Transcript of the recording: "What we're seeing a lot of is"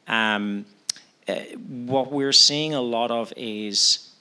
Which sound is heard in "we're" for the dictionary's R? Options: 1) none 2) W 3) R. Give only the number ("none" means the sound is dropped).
3